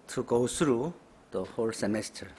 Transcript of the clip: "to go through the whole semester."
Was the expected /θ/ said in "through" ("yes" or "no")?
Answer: no